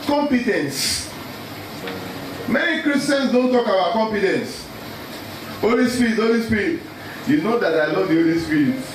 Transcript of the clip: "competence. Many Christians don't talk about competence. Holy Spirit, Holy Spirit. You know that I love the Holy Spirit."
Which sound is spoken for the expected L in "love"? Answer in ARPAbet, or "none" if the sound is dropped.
N